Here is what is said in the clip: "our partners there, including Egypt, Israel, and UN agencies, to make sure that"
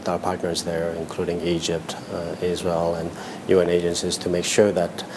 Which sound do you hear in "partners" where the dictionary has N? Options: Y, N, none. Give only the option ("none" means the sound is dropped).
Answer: N